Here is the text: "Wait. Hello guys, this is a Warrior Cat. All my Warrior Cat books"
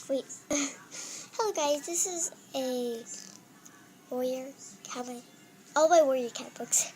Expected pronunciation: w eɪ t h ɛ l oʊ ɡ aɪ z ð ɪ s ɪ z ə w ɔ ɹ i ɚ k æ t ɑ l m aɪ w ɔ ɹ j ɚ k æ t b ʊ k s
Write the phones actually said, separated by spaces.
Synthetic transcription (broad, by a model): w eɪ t h ɛ l oʊ ɡ aɪ z ð ɪ s ɪ z ə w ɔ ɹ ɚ k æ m ɑ l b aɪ w ɔ ɹ j ɚ k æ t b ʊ k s